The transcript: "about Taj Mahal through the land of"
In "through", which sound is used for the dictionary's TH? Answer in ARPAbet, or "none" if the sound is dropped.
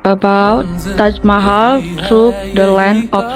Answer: T